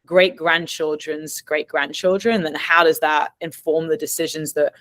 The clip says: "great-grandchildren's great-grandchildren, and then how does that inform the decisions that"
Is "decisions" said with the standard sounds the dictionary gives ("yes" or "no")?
yes